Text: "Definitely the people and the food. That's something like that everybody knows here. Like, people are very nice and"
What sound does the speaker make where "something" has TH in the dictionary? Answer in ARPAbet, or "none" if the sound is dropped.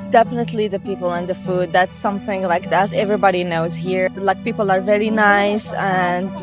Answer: TH